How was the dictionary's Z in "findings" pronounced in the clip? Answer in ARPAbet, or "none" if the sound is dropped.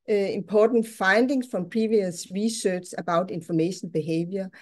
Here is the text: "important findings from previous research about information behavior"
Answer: S